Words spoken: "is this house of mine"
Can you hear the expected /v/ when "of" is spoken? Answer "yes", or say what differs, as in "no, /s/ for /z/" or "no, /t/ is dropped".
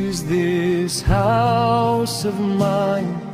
yes